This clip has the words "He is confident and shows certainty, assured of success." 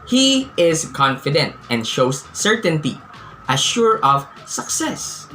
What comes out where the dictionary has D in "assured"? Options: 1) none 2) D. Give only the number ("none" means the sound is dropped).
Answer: 1